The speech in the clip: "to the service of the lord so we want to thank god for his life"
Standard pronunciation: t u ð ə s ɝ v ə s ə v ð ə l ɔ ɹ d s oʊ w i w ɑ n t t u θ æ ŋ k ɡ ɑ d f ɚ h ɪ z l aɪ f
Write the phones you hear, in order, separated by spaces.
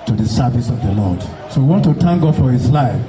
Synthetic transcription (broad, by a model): t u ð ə s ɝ v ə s ə v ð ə l ɔ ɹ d s oʊ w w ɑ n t t u t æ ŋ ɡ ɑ f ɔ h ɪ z l aɪ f